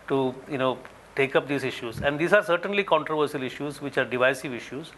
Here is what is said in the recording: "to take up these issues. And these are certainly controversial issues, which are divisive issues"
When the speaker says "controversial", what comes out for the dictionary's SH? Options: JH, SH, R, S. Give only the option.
S